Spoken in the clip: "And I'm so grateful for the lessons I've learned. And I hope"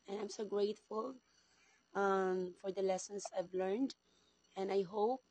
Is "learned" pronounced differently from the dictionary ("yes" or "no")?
no